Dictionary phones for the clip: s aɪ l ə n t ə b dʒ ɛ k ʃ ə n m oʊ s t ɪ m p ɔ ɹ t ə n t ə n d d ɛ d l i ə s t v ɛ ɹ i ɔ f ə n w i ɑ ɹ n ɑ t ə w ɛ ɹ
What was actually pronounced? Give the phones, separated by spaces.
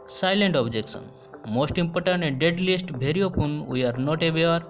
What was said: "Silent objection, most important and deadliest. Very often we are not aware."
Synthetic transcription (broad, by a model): s aɪ l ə n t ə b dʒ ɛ k s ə n m oʊ s t ɪ m p ɔ ɹ t ə n t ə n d d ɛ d l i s t b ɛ ɹ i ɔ p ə n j ɑ ɹ n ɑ t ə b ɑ ɹ